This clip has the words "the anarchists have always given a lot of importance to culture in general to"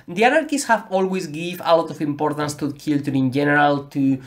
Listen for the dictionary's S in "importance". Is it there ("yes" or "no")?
yes